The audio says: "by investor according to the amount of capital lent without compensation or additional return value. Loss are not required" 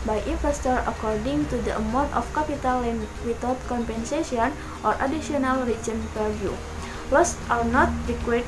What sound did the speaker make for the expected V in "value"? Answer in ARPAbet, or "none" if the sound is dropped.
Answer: P